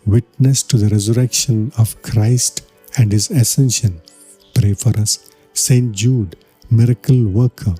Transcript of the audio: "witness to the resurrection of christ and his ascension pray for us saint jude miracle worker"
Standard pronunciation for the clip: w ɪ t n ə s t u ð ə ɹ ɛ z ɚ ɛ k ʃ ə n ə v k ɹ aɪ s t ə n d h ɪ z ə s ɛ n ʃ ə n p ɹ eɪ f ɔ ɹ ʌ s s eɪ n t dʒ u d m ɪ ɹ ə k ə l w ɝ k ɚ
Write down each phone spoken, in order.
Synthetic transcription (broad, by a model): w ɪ t n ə s t u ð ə ɹ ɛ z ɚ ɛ k ʃ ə n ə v k ɹ aɪ s t ə n d h ɪ z ə s ɛ n ʃ ə n p ɹ eɪ f ɔ ɹ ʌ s s eɪ n t dʒ u d m ɪ ɹ ə k ə l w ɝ k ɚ